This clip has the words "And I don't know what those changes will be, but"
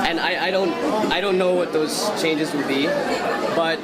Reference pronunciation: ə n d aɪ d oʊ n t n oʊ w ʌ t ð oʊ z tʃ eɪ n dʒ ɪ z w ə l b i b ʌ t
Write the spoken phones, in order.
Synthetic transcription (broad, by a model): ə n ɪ aɪ d oʊ n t n oʊ w ʌ t ð oʊ z tʃ eɪ n dʒ ɪ z w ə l b i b ʌ t